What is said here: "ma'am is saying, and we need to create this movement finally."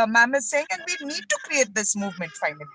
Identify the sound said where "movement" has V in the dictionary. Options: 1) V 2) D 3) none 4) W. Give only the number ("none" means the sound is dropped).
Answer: 1